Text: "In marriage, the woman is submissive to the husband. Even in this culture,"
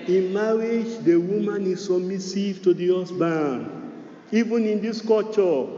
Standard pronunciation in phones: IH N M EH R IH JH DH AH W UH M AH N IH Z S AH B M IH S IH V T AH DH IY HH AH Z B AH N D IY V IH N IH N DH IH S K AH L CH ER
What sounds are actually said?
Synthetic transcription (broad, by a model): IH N M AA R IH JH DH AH W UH M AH N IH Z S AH M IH S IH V T AH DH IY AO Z B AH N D IY V IH N IH N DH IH S K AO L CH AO